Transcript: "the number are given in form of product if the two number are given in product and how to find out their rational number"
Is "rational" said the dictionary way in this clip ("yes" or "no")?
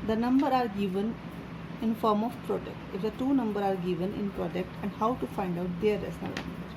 no